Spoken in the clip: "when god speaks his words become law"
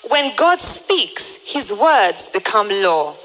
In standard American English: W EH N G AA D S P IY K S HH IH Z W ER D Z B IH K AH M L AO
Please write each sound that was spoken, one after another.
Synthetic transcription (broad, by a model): W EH N G AA D S P IY K S HH IH Z W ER D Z B IH K AH M L AO